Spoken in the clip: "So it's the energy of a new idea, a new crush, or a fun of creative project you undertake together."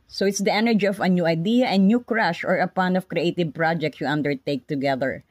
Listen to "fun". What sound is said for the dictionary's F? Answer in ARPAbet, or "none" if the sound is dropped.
P